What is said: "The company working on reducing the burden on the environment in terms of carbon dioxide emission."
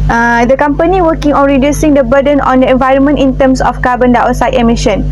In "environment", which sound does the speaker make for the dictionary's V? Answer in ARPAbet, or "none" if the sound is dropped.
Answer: V